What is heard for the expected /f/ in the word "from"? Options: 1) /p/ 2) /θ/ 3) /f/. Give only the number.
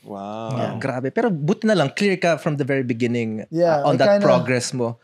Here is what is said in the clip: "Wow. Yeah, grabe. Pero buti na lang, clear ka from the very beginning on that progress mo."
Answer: 3